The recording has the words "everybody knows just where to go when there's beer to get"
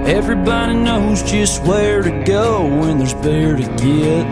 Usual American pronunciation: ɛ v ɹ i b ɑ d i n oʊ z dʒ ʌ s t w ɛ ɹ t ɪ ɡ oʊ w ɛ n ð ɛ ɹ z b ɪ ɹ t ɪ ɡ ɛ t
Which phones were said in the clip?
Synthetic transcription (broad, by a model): ɛ v ɹ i b ɑ d i n oʊ z dʒ ʌ s t w ɛ ɹ t ɪ ɡ oʊ w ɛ n ð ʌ ɹ z b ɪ ɹ t ɪ ɡ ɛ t